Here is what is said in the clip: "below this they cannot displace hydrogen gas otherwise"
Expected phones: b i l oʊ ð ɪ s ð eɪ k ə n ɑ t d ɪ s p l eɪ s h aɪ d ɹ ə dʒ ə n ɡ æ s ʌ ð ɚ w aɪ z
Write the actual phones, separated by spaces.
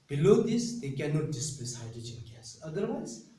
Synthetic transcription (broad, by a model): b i l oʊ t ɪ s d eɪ k ə n ɑ t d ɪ s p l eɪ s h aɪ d ə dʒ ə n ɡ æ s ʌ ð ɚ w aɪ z